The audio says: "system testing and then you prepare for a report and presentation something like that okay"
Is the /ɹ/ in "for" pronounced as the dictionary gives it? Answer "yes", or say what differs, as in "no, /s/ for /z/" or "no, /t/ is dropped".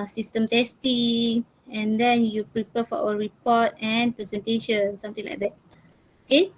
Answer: no, /w/ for /ɹ/